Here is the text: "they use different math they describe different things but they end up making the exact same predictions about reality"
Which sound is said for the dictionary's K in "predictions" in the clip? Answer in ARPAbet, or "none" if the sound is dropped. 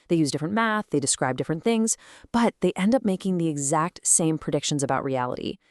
K